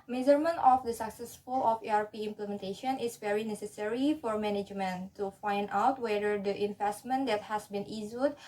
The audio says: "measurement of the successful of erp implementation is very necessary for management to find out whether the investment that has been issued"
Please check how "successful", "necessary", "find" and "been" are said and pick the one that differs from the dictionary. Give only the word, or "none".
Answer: none